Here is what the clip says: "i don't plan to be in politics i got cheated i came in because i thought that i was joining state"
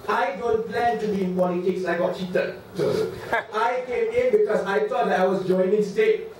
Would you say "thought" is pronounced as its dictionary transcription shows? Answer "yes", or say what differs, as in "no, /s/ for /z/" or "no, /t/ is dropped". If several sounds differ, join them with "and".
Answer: no, /t/ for /θ/